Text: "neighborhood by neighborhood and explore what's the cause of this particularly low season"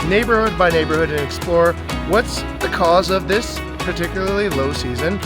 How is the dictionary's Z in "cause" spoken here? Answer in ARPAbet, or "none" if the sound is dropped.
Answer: Z